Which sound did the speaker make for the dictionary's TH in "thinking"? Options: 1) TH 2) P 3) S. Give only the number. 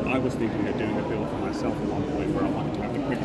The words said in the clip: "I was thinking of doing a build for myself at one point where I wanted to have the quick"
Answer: 3